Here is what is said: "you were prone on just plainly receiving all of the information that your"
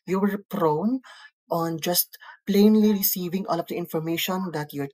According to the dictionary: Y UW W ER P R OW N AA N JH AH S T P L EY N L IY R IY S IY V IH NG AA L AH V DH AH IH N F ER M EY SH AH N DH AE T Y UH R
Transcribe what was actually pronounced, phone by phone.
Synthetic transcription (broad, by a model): Y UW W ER P R OW N AA N JH AH S T P L EY N L IY R IY S IY V IH NG AA L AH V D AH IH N F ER M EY SH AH N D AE T Y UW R